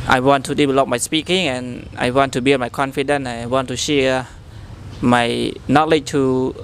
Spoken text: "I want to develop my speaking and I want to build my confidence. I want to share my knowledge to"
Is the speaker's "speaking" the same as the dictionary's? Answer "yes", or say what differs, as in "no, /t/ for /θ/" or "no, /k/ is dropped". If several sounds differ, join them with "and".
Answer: yes